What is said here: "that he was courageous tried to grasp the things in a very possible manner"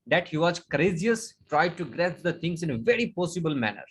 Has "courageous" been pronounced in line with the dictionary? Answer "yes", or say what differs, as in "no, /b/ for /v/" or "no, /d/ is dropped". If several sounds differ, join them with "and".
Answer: no, /z/ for /dʒ/